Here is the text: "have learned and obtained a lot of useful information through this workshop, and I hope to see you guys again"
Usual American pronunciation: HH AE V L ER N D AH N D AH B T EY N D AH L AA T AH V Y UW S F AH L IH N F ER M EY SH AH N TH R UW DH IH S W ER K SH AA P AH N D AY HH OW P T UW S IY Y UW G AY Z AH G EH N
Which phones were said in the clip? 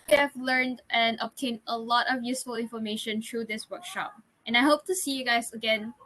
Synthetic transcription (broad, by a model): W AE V L ER N D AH N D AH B T EY N AH L AA T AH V Y UW S F AH L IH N F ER M EY SH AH N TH R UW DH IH S W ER K SH AA P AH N AY HH OW P T UW S IY Y UW G AY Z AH G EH N